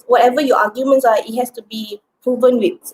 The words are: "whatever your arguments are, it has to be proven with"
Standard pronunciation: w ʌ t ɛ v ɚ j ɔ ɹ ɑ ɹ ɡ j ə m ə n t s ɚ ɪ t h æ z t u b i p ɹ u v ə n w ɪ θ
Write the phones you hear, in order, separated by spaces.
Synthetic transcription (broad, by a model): w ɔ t ɛ v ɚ j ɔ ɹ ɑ ɡ j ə m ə n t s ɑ ɪ t h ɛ s t u b i p ɹ u v ə n w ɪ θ